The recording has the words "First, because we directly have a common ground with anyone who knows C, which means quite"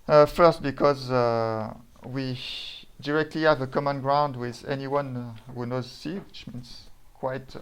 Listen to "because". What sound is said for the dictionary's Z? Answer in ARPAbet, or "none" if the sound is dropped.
Z